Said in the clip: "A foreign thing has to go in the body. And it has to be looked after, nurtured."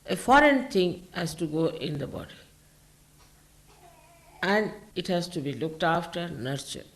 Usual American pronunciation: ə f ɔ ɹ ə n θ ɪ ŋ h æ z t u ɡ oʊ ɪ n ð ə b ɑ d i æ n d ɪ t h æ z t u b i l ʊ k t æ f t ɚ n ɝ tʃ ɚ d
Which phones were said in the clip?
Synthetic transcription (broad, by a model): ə f ɔ ɹ ə n t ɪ ŋ h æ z t u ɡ oʊ ɪ n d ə b ɑ d i æ n d ɪ t h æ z t u b i l ʊ k t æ f t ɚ n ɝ tʃ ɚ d